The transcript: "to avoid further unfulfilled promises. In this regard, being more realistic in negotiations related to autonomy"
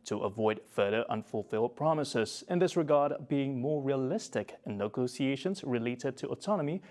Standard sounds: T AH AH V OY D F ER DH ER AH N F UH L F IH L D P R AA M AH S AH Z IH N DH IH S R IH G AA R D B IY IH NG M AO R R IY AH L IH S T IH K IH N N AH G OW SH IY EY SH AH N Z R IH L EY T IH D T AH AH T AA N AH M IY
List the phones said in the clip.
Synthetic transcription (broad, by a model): T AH AH V OY D F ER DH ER AH N F UH L F IH L D P R AA M AH S AH Z IH N DH IH S R IH G AA R D B IY IH NG M AO R R IY AH L IH S T IH K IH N N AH G OW S IY EY SH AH N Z R IH L EY T IH D T AH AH T AA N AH M IY